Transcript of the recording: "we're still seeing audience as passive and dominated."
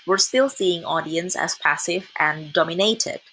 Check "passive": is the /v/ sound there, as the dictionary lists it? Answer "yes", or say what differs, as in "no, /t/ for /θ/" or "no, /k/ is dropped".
yes